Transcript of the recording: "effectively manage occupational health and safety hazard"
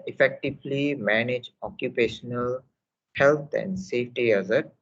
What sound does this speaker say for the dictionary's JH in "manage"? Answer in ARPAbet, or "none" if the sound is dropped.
JH